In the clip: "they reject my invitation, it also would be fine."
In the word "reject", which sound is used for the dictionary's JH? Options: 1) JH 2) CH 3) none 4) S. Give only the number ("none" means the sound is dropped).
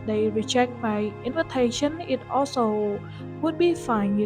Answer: 2